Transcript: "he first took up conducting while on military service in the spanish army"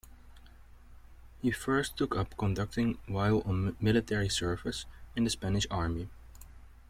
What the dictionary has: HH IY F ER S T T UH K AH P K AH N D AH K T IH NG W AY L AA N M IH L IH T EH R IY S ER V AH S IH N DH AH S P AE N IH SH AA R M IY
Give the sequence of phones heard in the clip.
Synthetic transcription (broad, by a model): HH IY F ER S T T UH K AH P K AH N D AH K T IH NG W AY L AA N M IH L IH T EH R IY S ER F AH S IH N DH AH S P AE N IH SH AA R M IY